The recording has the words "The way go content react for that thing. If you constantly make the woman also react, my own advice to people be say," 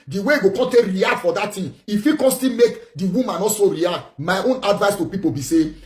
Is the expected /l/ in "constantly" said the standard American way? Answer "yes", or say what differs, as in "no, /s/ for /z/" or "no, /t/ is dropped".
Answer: no, /l/ is dropped